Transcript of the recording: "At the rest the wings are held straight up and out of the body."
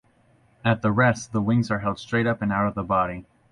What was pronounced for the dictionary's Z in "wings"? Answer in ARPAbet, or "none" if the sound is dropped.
Z